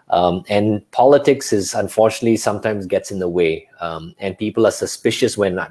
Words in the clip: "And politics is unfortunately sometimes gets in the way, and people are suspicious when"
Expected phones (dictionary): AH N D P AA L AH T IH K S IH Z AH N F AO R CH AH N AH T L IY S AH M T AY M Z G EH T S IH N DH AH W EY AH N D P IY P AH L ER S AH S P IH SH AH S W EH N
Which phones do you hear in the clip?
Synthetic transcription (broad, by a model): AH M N P AA L AH T IH K S IH Z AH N F AO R CH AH N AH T L IY S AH M T AY M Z G EH T S IH N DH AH W EY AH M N P IY P AH L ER S AH S P IH SH AH S W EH N